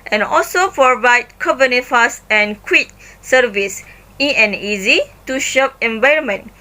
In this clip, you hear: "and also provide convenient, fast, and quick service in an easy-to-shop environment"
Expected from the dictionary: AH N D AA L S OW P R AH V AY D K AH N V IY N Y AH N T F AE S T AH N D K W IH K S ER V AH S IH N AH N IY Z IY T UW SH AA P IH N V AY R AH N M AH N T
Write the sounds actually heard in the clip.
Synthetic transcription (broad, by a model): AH N AA L S OW P R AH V AY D K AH V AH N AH F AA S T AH N K W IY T S ER V AH S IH AH N IY Z IY T UW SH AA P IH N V AY R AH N M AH N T